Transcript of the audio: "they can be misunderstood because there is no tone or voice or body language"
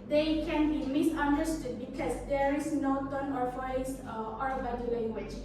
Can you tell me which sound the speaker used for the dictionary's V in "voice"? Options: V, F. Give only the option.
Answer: F